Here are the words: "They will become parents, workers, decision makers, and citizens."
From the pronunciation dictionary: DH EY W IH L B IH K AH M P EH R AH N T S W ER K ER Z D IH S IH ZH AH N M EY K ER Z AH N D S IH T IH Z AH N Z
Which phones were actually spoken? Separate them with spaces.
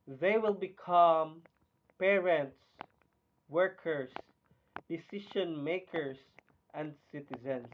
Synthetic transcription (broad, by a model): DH EY W IH L B IH K AH M P EH R AH N T S W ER K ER S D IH S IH SH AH N M EY K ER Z AH N D S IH T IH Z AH N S